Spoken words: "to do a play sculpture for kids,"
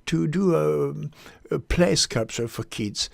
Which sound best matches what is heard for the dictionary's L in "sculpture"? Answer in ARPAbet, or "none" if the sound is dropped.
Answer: none